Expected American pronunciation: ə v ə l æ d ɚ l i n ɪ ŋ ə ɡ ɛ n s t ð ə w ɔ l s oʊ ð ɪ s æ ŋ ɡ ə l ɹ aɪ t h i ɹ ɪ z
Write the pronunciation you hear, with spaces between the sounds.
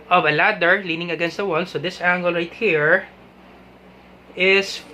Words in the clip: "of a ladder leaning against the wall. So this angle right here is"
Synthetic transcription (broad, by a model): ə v ə l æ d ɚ l i n ɪ ŋ ə ɡ ɛ n s t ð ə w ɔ n s oʊ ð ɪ s æ ŋ ɡ ə l ɹ aɪ t h i ɹ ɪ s